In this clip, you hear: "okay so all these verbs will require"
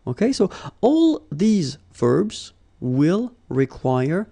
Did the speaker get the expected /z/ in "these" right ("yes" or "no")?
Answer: yes